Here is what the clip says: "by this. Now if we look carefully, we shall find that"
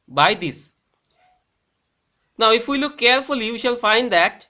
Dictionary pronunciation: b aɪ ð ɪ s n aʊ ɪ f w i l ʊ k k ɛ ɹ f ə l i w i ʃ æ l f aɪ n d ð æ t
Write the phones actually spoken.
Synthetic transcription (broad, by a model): b aɪ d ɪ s n aʊ ɪ f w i l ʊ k k ɛ ɹ f ə l i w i ʃ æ l f aɪ n d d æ t